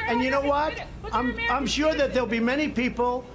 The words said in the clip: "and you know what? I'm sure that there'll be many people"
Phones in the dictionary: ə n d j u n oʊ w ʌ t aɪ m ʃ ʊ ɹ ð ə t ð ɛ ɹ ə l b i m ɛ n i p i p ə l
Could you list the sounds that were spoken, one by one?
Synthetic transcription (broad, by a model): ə n j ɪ n oʊ w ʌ t aɪ m ʃ ʊ ɹ ð ə t ð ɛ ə l b i m ɛ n i p i p l